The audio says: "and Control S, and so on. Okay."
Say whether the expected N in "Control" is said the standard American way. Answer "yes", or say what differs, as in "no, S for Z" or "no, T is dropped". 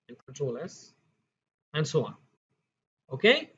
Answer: no, N is dropped